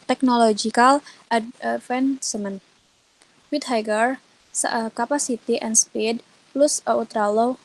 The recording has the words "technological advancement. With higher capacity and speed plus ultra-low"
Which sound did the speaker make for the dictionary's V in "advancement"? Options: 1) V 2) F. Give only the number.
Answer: 2